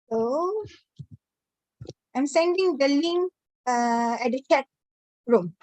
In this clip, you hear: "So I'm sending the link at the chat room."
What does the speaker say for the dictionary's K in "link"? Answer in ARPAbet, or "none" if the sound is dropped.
none